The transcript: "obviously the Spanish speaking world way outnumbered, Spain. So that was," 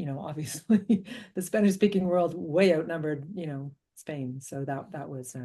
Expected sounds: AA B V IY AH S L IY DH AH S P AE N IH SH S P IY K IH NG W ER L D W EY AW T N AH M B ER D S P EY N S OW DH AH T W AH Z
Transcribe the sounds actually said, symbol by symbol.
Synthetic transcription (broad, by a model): AA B V IY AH S L IY DH AH S P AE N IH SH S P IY K IH NG W ER L D W EY AW T N AH M B ER D S P EY N S OW DH AH T W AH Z